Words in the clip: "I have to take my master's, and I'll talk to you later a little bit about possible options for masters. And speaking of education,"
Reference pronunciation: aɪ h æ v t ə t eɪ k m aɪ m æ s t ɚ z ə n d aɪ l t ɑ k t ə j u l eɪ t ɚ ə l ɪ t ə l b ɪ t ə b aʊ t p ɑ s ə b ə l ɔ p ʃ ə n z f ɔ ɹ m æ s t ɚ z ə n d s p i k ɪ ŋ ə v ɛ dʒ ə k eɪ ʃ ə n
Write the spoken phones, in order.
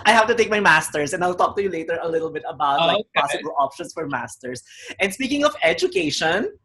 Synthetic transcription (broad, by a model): aɪ h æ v t ə t eɪ k m aɪ m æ s t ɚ s ə n d aɪ l t ɑ k t ə j u l eɪ t ɚ ə l ɪ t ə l b ɪ t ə b aʊ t p ɑ s ə b ə l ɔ p ʃ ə n s f ɔ ɹ m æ s t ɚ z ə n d s p i k ɪ ŋ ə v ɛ dʒ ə k eɪ ʃ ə n